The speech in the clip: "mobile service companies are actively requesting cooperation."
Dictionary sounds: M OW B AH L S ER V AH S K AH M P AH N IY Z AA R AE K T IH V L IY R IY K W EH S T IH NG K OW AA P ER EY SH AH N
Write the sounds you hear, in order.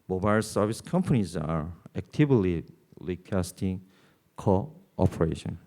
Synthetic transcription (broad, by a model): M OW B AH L S ER V AH S K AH M P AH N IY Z AA R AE K T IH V L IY L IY K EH S T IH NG K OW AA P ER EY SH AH N